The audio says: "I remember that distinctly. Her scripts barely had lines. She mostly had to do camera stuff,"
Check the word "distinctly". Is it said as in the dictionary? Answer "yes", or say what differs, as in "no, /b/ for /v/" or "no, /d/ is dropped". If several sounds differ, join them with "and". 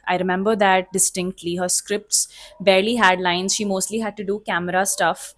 yes